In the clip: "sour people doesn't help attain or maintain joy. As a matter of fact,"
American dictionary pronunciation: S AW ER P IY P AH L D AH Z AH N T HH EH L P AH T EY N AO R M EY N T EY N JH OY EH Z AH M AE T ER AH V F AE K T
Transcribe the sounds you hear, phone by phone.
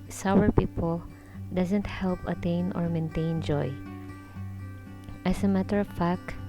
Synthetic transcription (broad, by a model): S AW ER P IY P AH L D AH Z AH N T HH EH L P AH T EY N AO R M EY N T EY N JH OY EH S AH M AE T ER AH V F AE K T